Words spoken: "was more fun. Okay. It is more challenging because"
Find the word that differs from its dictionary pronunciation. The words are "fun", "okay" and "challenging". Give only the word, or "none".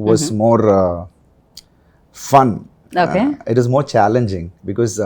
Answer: okay